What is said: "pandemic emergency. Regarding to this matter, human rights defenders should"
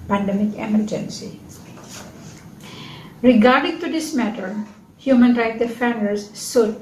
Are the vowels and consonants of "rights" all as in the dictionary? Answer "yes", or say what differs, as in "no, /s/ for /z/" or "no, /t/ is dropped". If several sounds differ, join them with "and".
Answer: no, /s/ is dropped